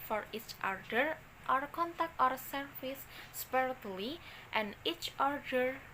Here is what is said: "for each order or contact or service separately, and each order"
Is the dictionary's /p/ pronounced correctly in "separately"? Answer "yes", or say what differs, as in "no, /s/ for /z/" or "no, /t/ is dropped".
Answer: no, /p/ is dropped